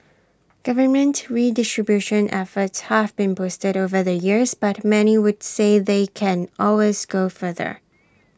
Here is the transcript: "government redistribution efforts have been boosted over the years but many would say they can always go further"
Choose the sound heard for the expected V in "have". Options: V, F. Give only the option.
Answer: V